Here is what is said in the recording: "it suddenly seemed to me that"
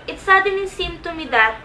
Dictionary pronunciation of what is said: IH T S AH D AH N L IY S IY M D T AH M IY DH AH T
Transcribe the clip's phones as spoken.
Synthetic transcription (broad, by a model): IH T S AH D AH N IY S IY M T AH M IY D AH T